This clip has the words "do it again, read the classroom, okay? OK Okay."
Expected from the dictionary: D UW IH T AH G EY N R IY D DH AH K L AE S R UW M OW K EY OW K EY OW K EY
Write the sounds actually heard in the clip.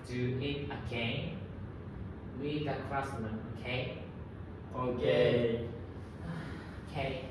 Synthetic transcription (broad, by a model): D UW IH T AH G EY N W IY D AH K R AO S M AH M OW K EY OW K EY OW K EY